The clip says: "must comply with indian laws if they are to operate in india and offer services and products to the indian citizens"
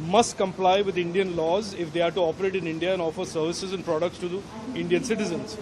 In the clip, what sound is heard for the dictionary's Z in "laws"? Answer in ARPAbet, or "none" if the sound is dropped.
Z